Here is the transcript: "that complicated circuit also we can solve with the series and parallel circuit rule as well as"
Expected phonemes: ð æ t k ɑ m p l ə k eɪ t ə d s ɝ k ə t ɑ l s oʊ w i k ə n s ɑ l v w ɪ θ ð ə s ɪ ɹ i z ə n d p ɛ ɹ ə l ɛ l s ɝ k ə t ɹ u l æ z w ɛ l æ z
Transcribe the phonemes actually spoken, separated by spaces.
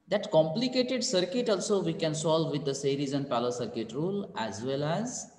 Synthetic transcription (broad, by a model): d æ t k ɑ m p l ə k eɪ t ə d s ɝ k ə t ɑ l s oʊ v i k ə n s ɑ l v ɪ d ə s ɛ ɹ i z ə n d p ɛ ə l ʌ s ɝ k ə t ɹ u l æ z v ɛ l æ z